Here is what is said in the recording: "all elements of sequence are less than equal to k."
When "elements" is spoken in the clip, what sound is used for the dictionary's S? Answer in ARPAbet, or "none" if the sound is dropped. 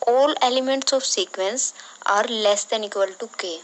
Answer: S